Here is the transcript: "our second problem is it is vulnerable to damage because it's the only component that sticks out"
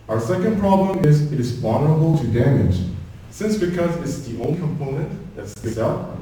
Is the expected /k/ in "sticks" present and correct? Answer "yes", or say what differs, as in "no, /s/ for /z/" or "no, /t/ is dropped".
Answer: no, /k/ is dropped